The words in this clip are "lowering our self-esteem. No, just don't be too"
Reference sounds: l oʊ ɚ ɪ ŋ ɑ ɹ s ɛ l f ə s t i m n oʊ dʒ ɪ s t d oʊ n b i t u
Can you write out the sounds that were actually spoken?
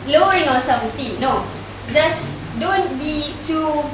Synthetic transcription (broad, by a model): l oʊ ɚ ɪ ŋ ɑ s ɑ f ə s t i n oʊ dʒ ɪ s d oʊ n b i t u